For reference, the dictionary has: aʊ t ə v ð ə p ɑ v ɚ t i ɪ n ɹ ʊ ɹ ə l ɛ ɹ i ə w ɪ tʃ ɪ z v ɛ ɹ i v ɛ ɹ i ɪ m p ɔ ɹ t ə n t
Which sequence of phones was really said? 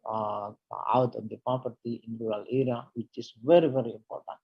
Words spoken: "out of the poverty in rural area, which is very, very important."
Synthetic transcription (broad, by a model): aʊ t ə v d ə p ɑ p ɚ t i ɪ n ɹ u ɹ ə l ɛ ɹ i ə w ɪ tʃ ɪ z v ɛ ɹ i v ɛ ɹ i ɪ m p ɔ ɹ t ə n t